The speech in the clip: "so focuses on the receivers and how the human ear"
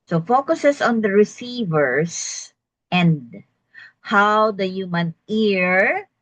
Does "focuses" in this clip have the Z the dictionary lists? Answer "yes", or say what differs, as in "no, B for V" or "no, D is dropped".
no, S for Z